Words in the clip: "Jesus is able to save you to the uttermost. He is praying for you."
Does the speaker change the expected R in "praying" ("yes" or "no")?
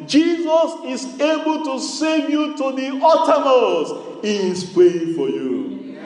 yes